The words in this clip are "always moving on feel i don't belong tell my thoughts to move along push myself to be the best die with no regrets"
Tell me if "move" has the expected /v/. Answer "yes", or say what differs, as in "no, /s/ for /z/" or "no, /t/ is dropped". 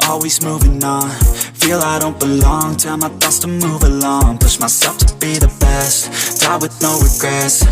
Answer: yes